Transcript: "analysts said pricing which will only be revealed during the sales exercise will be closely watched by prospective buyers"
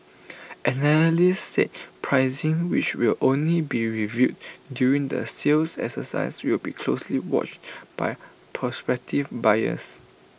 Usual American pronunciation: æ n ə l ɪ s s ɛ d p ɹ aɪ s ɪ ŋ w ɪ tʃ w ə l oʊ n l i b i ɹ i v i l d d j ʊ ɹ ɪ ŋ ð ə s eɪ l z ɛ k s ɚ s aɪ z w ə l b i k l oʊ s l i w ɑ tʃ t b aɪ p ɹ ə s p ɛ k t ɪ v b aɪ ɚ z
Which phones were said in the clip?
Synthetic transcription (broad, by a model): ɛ n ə l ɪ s s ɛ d p ɹ aɪ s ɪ ŋ w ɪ tʃ w ə l oʊ n l i b i ɹ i v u d d j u ɹ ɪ ŋ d ə s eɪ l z ɛ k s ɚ s aɪ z w ə l b i k l oʊ s l i w ɑ tʃ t b aɪ p ɹ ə s p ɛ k t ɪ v b aɪ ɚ s